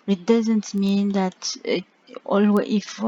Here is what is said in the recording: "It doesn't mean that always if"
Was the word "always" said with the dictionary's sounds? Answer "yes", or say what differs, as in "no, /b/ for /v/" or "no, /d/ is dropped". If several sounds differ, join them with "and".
no, /z/ is dropped